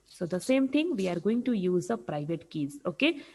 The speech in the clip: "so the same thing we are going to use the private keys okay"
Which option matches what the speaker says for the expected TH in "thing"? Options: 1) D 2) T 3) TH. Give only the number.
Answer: 2